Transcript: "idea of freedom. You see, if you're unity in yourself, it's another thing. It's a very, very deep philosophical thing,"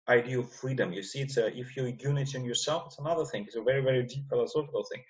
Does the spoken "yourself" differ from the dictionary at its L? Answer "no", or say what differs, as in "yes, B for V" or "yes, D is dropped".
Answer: no